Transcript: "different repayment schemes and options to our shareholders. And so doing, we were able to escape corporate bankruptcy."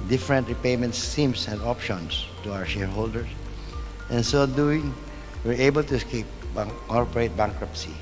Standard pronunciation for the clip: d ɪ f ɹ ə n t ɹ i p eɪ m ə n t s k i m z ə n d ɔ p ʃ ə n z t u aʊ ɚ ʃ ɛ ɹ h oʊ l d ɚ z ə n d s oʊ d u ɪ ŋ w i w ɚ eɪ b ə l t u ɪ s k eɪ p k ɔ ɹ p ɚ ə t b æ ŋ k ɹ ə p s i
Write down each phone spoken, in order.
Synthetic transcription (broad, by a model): d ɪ f ɹ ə n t ɹ i p eɪ m ə n t s i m s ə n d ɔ p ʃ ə n s t u aʊ ɚ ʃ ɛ ɹ h oʊ l d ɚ s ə n s oʊ d u ɪ ŋ w i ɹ eɪ b ə l t u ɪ s k eɪ p k ɔ ɹ p ɚ ə t b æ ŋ k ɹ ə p s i